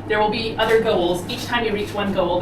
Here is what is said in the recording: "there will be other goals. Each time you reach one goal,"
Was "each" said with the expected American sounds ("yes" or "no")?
yes